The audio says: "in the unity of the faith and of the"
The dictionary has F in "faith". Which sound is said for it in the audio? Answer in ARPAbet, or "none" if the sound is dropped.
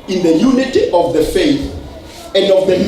F